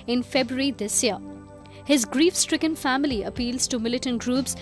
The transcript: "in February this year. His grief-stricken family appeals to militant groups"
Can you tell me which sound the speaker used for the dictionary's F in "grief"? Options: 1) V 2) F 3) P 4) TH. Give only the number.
2